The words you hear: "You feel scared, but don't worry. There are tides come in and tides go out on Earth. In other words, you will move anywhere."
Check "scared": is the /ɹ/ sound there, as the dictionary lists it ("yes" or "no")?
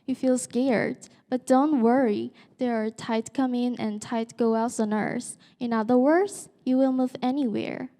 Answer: yes